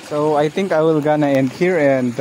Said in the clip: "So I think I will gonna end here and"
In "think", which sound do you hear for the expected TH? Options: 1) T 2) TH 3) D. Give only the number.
1